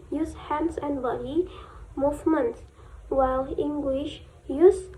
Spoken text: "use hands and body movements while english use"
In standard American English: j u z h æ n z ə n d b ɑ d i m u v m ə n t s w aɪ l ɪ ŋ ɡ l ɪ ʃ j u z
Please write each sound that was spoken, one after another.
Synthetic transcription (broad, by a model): j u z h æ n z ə n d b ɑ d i m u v m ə n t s w aɪ l ɪ ŋ ɡ l ɪ ʃ j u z